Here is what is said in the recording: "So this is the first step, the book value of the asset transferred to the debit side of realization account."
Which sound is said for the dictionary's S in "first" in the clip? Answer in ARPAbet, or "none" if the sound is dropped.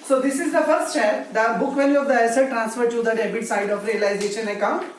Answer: none